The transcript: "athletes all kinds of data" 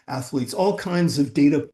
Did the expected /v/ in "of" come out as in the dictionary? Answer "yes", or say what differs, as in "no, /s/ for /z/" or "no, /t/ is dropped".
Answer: yes